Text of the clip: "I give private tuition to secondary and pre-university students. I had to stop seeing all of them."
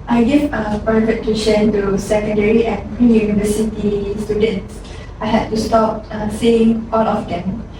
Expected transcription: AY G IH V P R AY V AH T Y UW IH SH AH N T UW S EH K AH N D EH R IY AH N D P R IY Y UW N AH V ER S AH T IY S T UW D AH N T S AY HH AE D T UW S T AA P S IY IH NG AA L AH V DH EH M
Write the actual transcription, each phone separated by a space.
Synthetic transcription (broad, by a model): AY G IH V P AY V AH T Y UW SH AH N T UW S EH K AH N D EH R IY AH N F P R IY Y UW N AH V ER S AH T IY S T UW D AH N T S AY HH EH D T UW S T AA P S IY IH NG AA L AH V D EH M